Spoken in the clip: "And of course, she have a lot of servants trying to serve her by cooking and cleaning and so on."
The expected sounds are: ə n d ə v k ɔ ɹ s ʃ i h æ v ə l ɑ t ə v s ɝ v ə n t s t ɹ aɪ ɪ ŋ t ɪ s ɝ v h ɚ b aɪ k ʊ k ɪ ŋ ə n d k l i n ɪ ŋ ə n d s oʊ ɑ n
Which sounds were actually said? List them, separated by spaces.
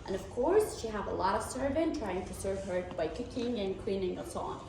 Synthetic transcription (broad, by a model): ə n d ə v k ɔ ɹ s ʃ i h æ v ə l ɑ t ə v s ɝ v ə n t t ɹ aɪ ɪ ŋ t ɪ s ɝ v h ɚ b aɪ k ʊ k ɪ ŋ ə n k w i n ɪ ŋ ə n s oʊ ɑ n